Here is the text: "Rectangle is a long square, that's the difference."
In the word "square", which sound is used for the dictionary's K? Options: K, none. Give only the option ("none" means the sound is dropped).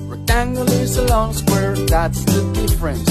none